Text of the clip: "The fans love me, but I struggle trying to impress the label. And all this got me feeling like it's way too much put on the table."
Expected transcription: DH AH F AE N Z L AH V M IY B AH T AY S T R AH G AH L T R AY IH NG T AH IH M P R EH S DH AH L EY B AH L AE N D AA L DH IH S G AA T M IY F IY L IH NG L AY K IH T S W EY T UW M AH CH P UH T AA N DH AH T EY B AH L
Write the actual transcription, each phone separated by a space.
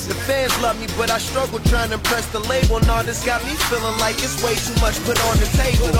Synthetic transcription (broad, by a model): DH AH F AE N Z L AH V M IY B AH T AY S T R AH G L T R AY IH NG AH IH P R EH S DH AH L EY B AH L N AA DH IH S G AA T M IY F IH L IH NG L AY K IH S W EY T UW M AH CH P UH T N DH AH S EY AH